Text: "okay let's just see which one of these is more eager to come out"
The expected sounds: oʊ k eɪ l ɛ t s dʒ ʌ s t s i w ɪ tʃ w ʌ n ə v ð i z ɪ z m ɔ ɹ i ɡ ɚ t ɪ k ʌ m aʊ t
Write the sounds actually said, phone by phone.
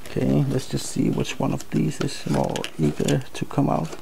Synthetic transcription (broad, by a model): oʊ k eɪ l ɛ t s dʒ ʌ s t s i w ɪ tʃ w ʌ n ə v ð i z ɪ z m ɔ ɹ i ɡ ɚ t ɪ k ʌ m aʊ t